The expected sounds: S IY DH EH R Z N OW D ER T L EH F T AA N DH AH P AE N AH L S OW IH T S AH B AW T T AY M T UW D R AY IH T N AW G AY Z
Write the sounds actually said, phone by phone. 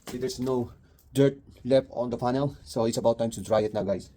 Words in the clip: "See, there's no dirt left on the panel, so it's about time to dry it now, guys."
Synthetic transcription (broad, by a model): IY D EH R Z N OW D ER T L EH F AA N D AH F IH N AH L S OW IH T S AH B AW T T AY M T UW D R AY IH T N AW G AY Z